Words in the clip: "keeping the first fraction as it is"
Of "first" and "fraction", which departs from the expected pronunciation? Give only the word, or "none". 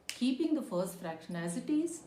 none